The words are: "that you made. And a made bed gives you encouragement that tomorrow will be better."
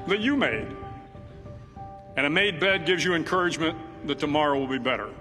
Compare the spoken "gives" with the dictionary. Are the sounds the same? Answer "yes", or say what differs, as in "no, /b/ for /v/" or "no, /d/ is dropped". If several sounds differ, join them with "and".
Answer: yes